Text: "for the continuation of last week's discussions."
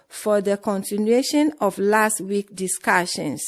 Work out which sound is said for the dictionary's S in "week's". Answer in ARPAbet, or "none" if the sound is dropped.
none